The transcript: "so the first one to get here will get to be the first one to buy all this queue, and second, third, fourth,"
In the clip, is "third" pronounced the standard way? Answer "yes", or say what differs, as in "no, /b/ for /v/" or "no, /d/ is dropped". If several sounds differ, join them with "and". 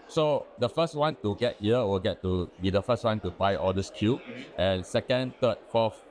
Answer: no, /t/ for /θ/